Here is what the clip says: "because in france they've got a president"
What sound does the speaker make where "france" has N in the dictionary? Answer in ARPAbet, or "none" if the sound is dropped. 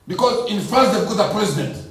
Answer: none